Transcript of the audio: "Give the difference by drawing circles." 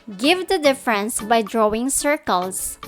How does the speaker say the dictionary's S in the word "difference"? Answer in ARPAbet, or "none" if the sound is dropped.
S